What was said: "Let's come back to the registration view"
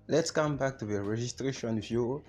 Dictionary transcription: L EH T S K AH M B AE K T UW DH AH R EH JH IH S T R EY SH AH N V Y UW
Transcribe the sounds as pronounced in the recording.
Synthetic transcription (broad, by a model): L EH T S K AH M B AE K T UW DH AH R EH JH IH S T R EY SH AH N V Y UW